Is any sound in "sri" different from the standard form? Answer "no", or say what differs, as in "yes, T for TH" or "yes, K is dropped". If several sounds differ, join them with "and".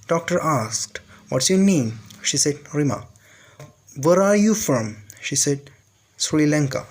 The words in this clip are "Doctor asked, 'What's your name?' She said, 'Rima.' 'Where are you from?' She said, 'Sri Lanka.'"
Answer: yes, L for R